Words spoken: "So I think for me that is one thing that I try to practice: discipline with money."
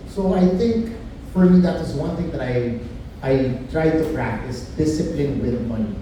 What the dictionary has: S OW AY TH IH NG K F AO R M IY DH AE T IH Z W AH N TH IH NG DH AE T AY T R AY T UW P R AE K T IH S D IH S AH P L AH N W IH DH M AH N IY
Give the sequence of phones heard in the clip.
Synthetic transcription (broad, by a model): S OW AY TH IH NG K F AO R M IY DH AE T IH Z W AH N TH IH NG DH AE T AY T R AY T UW P R AE K T IH S D IH S AH P L AH N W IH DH M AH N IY